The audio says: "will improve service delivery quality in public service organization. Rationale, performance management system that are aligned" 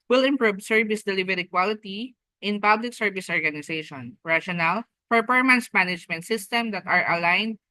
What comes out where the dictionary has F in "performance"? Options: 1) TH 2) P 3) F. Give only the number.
2